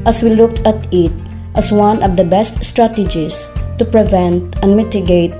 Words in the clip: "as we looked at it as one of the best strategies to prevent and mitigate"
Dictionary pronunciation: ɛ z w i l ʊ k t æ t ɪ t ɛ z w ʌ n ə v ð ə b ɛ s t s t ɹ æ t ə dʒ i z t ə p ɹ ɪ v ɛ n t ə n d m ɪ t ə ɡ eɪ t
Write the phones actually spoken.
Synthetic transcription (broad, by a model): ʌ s w i l ʊ k t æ t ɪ t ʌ s w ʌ n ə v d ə b ɛ s t s t ɹ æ t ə dʒ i s t ə p ɹ ɪ v ɛ n t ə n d m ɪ t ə ɡ eɪ t